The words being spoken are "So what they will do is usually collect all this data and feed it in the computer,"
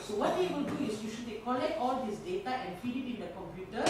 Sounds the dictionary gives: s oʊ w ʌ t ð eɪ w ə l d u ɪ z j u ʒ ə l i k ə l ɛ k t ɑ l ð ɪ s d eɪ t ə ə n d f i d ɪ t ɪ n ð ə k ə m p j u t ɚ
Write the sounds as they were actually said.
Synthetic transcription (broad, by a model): s oʊ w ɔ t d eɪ w ə l d u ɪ s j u ʃ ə i k ə l ɛ k t ɑ l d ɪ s d eɪ t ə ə n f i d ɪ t ɪ n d ə k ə m p j u t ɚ